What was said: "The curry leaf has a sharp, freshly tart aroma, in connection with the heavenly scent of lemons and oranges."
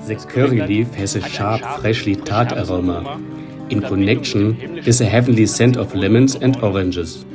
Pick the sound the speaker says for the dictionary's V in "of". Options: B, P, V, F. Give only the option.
F